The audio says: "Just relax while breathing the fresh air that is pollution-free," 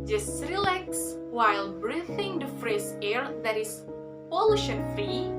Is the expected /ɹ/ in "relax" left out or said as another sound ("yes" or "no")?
no